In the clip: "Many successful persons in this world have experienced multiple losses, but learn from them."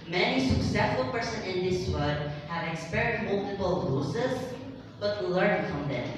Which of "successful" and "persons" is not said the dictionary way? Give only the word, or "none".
persons